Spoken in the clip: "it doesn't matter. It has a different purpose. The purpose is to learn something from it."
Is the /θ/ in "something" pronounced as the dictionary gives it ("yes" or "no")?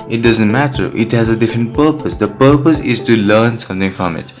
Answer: no